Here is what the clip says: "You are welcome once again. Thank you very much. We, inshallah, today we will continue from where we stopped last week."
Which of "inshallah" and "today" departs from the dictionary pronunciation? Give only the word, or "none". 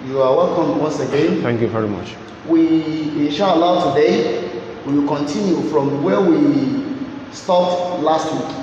inshallah